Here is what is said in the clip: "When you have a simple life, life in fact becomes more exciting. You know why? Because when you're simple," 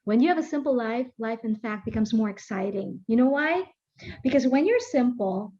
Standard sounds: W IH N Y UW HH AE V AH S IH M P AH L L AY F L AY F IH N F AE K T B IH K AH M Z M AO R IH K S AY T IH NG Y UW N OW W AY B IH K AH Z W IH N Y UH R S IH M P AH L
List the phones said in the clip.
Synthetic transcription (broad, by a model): W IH N Y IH V AH S IH M P L L AY F L AY F IH N F AE K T B IH K AH M Z M AO R IH K S AY T IH NG Y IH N OW W AY B IH K AH Z W IH N Y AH R S IH M P L